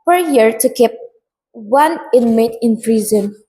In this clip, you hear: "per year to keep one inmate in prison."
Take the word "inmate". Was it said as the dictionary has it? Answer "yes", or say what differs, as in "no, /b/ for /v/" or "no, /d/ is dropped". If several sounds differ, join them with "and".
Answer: yes